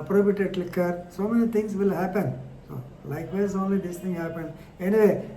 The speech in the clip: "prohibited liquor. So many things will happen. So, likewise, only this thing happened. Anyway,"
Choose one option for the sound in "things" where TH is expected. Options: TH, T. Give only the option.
T